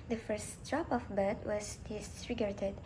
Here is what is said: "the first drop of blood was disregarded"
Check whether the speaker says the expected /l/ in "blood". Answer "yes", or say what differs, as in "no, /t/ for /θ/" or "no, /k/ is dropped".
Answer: no, /l/ is dropped